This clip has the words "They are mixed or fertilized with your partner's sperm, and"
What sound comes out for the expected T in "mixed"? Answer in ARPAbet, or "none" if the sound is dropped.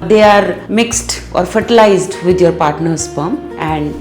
T